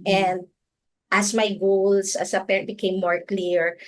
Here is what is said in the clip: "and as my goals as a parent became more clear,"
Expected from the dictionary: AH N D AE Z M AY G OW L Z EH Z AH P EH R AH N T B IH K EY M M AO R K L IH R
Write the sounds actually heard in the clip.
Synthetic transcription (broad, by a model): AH N D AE S M AY G OW L S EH S AH P EH R AH N T B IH K EY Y M AO R K L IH R